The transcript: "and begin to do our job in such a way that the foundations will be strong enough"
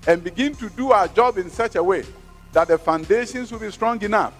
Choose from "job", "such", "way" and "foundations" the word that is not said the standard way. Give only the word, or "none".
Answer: foundations